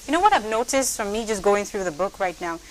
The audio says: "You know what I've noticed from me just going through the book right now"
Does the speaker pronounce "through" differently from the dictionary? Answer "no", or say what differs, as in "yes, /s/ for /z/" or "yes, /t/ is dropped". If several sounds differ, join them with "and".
no